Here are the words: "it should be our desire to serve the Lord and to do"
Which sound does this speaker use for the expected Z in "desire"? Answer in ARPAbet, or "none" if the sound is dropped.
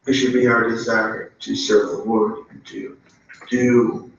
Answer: Z